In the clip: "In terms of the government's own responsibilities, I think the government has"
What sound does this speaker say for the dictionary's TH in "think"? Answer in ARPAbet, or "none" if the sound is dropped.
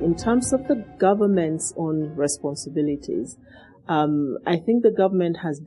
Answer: TH